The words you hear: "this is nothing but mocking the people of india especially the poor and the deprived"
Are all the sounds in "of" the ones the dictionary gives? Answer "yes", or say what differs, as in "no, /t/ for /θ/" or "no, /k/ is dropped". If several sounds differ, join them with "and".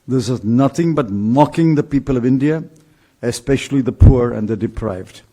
yes